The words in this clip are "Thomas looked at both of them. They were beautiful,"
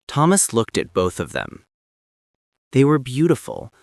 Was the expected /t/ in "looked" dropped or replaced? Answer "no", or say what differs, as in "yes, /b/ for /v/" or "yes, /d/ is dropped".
no